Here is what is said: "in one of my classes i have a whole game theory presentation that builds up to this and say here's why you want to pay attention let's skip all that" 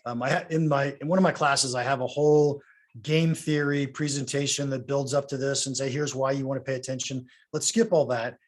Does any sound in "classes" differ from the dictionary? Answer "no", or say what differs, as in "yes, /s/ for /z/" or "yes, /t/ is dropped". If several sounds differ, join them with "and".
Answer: no